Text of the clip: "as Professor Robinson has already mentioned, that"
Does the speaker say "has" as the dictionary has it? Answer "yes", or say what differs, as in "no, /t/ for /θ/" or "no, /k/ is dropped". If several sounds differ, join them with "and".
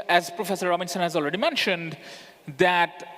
yes